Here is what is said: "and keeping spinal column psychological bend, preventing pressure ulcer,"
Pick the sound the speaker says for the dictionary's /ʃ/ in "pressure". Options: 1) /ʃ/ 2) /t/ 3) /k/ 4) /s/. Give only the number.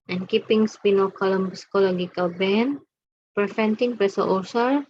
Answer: 4